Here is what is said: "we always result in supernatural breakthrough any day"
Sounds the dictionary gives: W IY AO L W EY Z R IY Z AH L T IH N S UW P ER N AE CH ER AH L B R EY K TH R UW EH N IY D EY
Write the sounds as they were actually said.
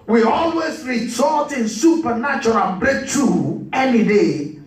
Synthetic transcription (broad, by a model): W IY AO L W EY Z R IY S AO T IH N S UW P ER N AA CH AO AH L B R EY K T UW EH N IY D EY